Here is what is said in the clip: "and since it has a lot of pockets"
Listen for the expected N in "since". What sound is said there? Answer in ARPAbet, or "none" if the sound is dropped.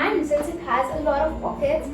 none